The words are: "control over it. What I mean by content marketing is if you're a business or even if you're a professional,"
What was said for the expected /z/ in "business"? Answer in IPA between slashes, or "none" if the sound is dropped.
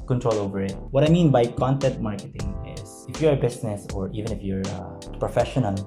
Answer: /s/